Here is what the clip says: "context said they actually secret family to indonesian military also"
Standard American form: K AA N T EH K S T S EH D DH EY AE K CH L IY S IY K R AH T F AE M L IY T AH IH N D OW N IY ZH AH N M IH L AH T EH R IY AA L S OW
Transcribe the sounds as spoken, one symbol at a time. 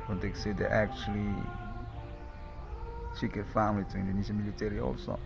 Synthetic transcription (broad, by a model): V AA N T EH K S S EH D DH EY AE K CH L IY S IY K AH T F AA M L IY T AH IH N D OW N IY S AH M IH L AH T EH R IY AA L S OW